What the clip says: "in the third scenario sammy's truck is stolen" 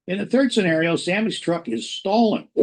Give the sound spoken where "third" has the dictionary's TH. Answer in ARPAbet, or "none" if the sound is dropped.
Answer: TH